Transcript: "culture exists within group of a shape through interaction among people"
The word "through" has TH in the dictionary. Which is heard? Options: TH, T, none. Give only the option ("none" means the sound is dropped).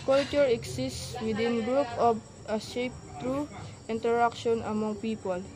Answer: T